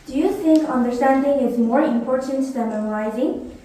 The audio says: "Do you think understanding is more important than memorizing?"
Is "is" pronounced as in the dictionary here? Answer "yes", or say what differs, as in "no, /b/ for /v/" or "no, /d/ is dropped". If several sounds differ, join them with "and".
yes